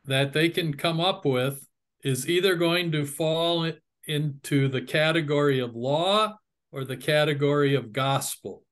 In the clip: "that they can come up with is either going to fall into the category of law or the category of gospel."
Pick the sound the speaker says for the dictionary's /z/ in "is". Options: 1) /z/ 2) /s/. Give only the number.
1